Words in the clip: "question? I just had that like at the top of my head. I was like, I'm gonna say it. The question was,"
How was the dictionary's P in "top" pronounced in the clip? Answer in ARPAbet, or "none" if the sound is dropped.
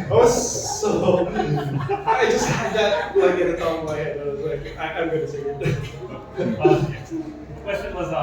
B